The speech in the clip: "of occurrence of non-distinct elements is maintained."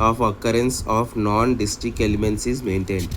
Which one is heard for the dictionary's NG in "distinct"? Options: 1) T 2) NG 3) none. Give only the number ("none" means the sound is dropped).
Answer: 3